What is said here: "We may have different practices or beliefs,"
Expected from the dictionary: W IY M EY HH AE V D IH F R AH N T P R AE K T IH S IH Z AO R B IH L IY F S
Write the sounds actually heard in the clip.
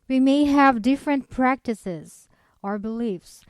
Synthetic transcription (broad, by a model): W IY M EY HH AE V D IH F R AH N T P R AE K T IH S IH Z AO R B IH L IY F S